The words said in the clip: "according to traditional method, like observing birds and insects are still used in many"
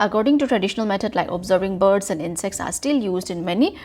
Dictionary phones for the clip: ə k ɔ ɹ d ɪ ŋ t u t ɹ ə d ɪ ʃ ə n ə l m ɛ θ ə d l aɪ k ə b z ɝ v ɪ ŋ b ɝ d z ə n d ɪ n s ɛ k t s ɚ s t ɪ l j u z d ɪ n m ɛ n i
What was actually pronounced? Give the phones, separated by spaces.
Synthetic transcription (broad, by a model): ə k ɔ ɹ d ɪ ŋ t u t ɹ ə d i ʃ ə n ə l m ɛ t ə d l aɪ k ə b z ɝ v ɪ ŋ b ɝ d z ə n d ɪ n s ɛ k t s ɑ s t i l j u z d ɪ n m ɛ n i